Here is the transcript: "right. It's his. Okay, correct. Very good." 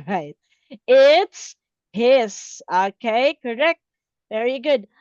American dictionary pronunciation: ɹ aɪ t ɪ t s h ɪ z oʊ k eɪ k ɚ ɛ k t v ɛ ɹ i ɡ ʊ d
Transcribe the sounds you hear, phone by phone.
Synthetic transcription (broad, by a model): ɹ aɪ t ɪ t s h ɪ s oʊ k eɪ k ɚ ɛ k t v ɛ ɹ i ɡ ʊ d